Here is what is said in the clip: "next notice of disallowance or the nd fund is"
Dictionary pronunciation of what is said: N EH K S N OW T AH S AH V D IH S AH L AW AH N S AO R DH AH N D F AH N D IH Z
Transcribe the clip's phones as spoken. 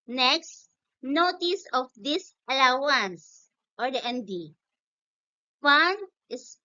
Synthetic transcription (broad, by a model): N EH K S N OW T AH S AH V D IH S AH L AW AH N S AO R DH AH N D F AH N IH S